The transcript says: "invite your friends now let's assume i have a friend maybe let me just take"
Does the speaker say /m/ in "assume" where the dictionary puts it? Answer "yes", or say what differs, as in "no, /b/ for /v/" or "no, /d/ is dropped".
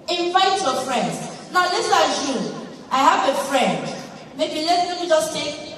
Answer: no, /m/ is dropped